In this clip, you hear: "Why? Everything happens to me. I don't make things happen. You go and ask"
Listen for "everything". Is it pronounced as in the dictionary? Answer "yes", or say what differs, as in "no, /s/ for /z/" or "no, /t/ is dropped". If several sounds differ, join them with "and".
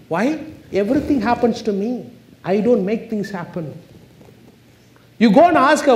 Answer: no, /t/ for /θ/